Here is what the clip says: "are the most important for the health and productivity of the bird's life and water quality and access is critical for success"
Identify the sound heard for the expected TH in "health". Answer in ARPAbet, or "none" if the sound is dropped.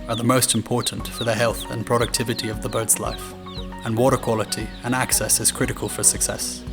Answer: TH